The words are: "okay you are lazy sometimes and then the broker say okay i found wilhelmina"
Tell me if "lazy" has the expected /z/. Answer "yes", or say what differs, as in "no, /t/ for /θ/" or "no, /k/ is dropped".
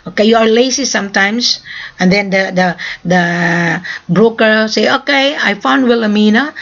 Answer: no, /s/ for /z/